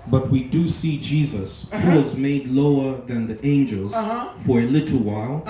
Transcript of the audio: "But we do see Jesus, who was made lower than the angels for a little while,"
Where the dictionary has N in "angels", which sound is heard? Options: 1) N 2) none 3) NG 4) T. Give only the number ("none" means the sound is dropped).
1